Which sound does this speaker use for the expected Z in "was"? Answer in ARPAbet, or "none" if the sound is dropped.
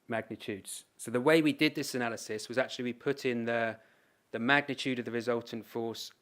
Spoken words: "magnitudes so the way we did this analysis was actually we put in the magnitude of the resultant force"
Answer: Z